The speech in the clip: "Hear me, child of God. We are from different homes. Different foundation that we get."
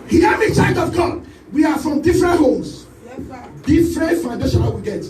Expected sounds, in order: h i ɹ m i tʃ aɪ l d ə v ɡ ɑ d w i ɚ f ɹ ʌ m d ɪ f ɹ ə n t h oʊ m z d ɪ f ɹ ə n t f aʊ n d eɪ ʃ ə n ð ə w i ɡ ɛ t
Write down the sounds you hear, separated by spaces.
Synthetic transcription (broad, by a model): h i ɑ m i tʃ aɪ d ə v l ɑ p w i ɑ f ɹ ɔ m d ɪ f ɹ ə n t h oʊ m s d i f ɹ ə n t f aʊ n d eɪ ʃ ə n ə w i ɡ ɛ t